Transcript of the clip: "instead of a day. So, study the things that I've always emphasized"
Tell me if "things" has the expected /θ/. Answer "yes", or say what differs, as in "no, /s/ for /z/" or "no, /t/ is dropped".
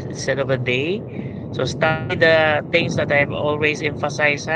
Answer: no, /t/ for /θ/